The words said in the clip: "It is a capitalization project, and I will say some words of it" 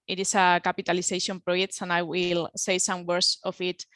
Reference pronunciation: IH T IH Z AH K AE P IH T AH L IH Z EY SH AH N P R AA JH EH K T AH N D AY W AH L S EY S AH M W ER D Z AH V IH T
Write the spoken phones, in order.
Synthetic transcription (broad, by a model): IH T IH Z AH K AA P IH T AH L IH S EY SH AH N P R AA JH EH K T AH N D AY W AH L S EY S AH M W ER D S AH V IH T